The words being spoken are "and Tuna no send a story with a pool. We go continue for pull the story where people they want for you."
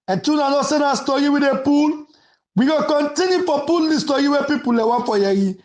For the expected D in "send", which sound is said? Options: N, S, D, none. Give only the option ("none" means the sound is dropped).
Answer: none